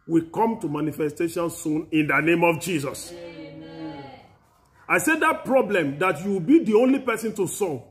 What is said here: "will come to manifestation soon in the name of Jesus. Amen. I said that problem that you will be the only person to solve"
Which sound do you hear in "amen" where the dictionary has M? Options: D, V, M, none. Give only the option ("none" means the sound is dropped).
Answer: none